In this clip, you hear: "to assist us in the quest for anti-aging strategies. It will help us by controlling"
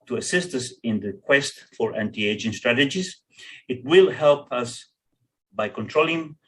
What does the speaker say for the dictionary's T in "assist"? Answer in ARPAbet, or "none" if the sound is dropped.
T